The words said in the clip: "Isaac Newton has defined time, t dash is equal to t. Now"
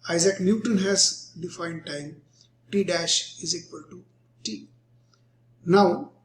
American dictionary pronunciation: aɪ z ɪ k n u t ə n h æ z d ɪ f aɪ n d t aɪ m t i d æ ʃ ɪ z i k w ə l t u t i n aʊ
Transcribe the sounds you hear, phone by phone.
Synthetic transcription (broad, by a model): aɪ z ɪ k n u t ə n h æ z d ɪ f aɪ n d t aɪ m t i d æ ʃ ɪ z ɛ k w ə l t u t i n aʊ